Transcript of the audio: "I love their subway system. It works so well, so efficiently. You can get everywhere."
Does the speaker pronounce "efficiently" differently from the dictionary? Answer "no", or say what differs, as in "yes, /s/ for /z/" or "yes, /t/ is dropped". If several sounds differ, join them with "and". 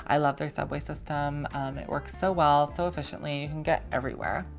no